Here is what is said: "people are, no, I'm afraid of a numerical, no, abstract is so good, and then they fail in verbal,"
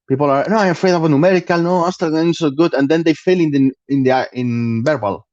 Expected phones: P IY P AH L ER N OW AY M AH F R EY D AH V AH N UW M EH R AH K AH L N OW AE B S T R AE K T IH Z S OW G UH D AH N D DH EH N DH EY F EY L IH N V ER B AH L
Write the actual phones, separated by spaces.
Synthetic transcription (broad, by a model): P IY P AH L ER N OW AY M AH F R EY D AH V AH N UW M EH R AH K AH L N OW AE S T AH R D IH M S OW G UH D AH N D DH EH N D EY F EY L IH N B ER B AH L